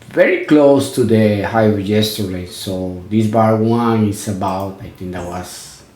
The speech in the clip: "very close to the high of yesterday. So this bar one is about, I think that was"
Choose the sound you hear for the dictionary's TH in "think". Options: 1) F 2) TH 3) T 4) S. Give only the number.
3